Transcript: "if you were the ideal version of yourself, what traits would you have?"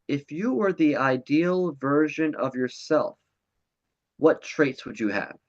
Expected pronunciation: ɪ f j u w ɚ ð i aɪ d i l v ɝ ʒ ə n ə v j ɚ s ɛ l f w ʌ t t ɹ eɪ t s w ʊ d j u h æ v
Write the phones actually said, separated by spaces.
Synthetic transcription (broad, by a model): ɪ f j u w ɚ ð i aɪ d i l v ɝ ʒ ə n ə v j ɚ s ɛ l f w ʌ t t ɹ eɪ t s w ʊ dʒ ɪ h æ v